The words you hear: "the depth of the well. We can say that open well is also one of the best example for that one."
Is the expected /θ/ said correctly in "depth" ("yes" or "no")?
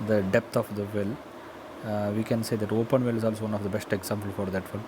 no